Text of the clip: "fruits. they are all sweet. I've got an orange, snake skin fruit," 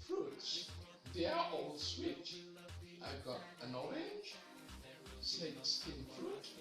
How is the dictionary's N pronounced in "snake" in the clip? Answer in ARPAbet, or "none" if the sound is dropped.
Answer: none